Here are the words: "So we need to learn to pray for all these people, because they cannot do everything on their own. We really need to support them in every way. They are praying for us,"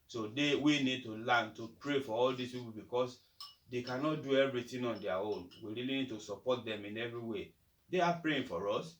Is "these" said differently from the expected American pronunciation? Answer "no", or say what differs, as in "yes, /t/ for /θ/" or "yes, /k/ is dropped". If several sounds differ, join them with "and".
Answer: yes, /s/ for /z/